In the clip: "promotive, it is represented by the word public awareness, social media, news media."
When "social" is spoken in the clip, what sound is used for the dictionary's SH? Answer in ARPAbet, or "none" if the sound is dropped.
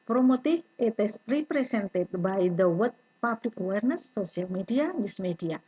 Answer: none